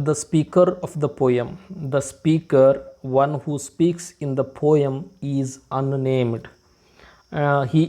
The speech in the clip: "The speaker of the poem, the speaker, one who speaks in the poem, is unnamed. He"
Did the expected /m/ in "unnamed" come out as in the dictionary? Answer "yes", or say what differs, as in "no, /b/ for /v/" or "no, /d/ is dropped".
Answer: yes